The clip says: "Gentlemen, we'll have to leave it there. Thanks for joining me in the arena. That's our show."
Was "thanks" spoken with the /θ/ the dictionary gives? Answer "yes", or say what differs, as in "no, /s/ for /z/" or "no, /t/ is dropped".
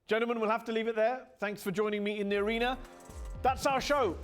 yes